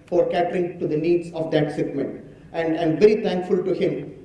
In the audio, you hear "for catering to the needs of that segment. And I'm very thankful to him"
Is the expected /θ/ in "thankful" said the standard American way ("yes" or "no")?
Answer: no